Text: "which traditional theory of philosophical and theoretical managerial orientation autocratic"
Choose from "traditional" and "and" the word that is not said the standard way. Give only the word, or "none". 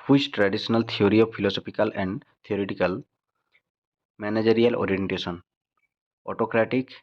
traditional